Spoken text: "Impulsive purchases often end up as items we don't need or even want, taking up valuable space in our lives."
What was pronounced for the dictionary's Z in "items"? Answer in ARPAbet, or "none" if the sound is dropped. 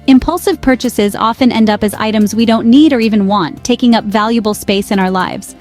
Z